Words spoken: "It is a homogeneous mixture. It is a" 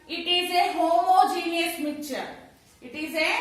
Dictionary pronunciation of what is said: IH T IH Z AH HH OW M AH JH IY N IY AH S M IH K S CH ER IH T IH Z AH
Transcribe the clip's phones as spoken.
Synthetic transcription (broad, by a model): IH T IH Z AH HH OW M AH JH IY N IY AH S M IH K CH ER IH T IH Z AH